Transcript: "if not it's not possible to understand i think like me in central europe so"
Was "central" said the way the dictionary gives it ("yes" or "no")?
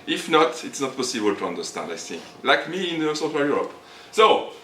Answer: no